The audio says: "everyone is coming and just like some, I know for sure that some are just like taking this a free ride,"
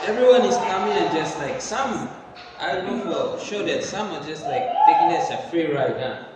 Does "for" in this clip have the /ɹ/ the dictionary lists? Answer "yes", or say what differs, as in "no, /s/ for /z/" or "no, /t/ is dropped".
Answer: no, /l/ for /ɹ/